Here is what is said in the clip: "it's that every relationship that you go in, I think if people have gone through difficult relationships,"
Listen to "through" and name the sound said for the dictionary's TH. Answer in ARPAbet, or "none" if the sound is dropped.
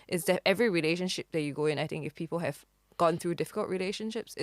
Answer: TH